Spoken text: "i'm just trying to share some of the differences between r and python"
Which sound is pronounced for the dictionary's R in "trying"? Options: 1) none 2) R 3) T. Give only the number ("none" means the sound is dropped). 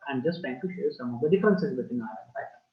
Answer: 1